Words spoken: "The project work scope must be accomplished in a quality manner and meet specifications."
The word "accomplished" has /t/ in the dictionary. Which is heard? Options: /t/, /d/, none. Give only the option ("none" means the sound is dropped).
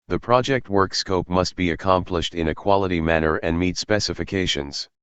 /t/